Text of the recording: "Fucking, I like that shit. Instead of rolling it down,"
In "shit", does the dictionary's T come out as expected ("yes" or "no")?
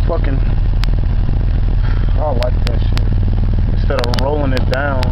no